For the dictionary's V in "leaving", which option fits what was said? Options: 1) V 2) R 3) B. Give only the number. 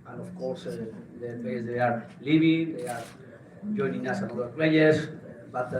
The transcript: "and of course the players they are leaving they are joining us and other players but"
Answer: 3